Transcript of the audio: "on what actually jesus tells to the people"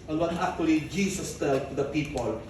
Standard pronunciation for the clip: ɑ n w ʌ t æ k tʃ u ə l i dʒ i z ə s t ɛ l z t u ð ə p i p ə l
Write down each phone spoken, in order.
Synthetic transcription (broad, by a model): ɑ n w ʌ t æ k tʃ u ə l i dʒ i s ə s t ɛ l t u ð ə p i p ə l